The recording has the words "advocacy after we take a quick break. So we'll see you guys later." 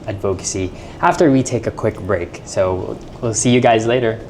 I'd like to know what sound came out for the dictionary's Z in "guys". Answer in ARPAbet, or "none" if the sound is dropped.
Z